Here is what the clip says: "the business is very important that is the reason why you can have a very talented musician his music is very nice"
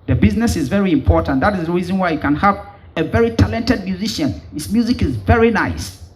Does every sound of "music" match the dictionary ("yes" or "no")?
yes